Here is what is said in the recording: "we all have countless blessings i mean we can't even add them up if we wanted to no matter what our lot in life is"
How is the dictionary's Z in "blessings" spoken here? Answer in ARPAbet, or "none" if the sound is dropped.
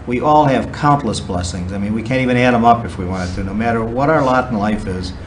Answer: Z